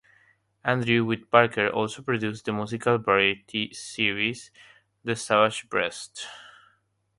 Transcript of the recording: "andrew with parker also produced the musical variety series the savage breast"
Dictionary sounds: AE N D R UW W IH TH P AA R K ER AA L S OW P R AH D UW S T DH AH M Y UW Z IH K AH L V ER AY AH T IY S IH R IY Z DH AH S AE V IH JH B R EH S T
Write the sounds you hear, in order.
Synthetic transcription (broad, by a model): AE N D R UW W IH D P AA R K ER AA L S OW P R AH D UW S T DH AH M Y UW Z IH K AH L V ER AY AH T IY S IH R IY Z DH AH S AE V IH SH B R EH S T